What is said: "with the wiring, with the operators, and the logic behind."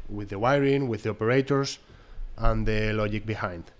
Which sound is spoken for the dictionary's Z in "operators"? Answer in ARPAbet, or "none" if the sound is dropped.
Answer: S